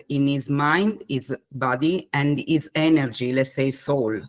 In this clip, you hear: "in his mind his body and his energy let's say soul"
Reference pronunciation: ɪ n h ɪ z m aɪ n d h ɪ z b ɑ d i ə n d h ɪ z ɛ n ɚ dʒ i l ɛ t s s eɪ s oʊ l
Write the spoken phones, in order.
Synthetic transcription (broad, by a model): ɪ n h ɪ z m aɪ n d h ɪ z b ɑ d i ə n d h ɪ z ɛ n ɚ dʒ i l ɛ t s s eɪ s oʊ l